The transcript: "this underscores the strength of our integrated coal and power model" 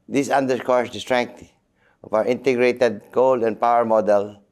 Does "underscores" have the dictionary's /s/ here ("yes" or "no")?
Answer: no